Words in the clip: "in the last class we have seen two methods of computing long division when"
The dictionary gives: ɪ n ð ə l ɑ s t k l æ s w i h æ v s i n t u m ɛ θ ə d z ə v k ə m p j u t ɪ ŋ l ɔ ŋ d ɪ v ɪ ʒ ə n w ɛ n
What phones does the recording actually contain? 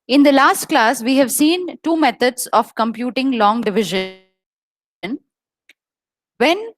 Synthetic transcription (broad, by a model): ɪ n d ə l ɑ s t k l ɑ s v i h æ v s i n t u m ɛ t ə d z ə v k ə m p j u t ɪ ŋ l ɔ ŋ d ɪ v ɪ ʒ ə n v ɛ n